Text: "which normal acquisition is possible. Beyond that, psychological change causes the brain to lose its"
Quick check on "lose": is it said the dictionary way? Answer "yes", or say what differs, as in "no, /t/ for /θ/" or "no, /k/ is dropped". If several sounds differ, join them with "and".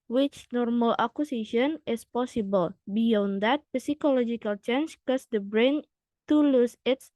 no, /s/ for /z/